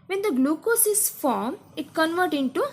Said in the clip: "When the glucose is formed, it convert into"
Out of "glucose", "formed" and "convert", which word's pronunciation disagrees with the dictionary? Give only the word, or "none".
formed